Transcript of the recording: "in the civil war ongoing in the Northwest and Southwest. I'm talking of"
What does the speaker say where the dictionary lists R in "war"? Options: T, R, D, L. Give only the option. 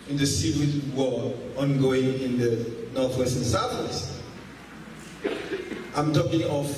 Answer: L